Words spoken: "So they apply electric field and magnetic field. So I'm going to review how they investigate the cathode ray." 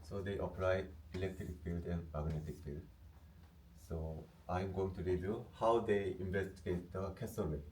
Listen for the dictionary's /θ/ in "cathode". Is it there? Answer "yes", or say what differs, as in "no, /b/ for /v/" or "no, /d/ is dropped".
no, /s/ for /θ/